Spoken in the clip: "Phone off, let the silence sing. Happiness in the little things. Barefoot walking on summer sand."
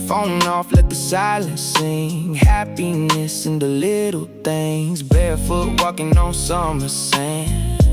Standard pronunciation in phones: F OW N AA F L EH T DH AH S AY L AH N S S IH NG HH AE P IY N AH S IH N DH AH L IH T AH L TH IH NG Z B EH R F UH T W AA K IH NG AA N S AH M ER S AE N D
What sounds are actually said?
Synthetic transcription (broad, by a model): F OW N AA F L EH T DH AH S AY L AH N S S IH NG HH AE P IY N AH S IH N DH AH L IH T L TH IH NG Z B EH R F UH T W AA K IH NG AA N S AH M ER S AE N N